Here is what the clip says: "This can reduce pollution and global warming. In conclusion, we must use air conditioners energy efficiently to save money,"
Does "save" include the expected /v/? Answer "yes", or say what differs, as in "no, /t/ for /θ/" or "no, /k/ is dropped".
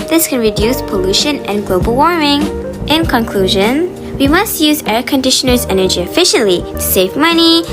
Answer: yes